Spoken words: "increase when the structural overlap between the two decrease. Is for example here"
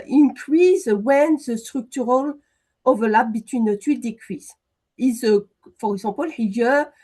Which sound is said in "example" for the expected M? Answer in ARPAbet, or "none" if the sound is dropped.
none